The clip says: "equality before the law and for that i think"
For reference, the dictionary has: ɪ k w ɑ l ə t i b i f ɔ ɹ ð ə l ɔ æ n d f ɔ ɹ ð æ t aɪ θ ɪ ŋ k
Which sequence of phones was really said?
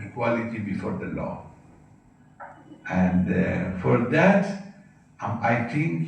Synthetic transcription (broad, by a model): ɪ k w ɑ l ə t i b i f ɔ ɹ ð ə l ɔ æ n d f ɔ ɹ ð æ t aɪ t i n